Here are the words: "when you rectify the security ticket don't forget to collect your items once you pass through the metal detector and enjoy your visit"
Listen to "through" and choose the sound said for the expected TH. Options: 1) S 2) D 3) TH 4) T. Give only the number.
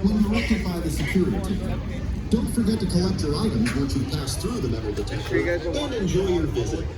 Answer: 3